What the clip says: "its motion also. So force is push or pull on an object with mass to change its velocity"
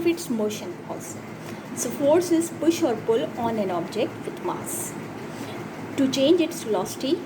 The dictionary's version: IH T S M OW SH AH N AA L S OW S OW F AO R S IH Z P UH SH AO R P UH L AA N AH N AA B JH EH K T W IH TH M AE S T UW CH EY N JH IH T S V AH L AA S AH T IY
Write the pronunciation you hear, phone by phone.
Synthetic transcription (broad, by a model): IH T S M OW SH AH N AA S S OW F AO R S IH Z P UH SH AO R P UH L AA N AH N AA B JH EH K T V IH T M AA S T UW CH EY N JH IH T S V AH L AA S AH T IY